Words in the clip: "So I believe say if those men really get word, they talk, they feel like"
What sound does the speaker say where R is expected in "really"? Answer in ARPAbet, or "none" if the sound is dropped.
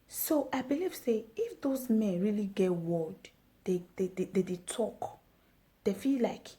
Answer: R